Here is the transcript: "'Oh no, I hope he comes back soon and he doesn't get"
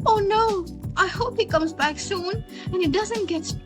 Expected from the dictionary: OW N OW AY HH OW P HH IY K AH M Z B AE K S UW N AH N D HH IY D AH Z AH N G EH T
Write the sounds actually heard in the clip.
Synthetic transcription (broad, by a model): OW N OW AY HH OW P HH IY K AH M Z B AE K S UW N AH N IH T D AH Z AH N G EH T